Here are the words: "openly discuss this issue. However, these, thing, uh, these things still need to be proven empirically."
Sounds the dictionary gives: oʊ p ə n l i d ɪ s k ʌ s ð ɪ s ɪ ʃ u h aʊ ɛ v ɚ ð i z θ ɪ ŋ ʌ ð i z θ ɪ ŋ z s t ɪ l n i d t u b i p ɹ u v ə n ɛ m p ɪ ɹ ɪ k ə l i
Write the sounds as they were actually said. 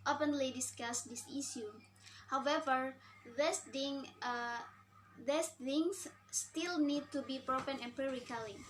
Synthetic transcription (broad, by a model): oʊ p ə n l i d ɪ s k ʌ s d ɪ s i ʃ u h aʊ ɛ v ɚ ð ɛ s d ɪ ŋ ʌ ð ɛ s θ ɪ ŋ s t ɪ l n i d t u b i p ɹ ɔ f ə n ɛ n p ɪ ɹ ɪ k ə l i